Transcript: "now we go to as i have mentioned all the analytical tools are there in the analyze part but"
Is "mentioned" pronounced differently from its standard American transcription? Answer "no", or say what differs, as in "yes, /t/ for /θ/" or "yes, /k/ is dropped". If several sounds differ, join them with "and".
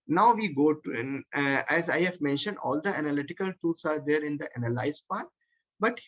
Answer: no